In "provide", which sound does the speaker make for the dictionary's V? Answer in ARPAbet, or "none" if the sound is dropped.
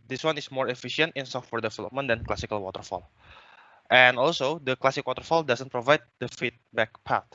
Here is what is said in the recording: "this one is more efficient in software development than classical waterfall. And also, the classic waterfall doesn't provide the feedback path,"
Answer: V